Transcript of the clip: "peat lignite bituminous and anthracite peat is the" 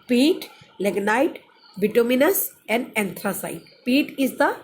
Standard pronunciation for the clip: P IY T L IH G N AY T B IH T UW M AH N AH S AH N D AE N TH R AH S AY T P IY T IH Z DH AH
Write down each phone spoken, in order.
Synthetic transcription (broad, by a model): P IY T L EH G N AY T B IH T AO M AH N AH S AH N D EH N T R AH S AY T P IY T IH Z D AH